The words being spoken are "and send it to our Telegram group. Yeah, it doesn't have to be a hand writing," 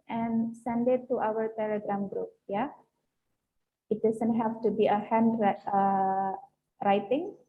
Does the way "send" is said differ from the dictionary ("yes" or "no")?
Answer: no